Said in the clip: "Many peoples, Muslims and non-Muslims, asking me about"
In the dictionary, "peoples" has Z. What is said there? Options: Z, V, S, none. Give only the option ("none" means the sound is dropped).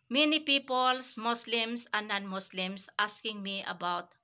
S